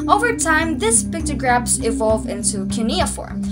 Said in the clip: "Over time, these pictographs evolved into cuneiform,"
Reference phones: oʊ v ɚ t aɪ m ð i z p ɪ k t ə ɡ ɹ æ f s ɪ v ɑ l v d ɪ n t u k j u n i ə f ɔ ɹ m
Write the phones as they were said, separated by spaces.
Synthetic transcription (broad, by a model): oʊ v ɚ t aɪ m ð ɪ s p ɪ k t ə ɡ ɹ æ p s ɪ v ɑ l v ɪ n t u k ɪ n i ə f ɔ ɹ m